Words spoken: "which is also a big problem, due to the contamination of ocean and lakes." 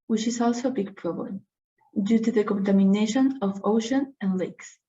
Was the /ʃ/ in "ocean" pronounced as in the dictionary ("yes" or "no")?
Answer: yes